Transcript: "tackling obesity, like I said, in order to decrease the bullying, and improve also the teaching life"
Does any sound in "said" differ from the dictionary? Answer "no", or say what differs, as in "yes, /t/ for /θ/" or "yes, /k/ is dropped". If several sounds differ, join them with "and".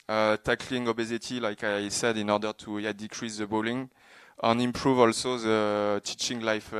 no